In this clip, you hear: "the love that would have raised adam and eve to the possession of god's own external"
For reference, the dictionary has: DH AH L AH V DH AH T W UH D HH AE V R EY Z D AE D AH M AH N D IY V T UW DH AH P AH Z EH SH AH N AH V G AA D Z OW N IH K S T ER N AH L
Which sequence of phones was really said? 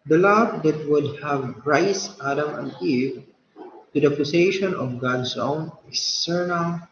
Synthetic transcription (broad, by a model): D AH L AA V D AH T W UH D HH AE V R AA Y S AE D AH M AH N D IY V T UW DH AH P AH S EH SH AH N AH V G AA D S OW N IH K S T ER N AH L